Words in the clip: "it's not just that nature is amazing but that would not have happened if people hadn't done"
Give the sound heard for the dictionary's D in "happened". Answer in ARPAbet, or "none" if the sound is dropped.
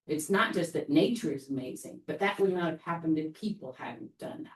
D